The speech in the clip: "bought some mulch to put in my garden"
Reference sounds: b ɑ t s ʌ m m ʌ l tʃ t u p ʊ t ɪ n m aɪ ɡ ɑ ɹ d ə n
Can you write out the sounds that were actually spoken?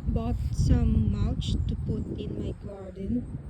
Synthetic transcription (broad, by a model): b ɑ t s ʌ m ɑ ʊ tʃ t u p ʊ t ɪ n m aɪ ɡ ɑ ɹ d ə n